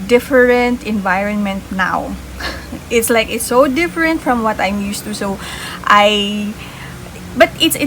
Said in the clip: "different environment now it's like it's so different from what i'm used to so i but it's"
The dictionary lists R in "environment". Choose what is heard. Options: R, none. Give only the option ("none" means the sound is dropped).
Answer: R